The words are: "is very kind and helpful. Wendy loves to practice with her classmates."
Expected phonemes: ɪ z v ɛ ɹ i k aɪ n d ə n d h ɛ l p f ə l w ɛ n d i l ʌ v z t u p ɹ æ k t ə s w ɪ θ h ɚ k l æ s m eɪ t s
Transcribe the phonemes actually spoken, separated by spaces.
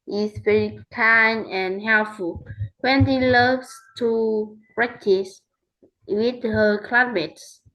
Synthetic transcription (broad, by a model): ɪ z v ɛ ɹ i k aɪ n ə n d h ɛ l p f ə l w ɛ n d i l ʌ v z t u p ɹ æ k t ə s w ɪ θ h ɚ k l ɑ m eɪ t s